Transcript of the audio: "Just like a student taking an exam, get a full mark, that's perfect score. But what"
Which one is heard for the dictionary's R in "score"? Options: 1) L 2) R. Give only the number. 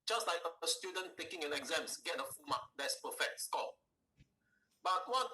1